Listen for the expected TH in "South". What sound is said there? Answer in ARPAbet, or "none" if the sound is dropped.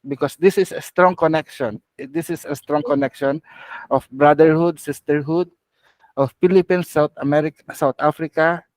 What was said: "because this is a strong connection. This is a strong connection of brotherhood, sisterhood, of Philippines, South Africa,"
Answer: T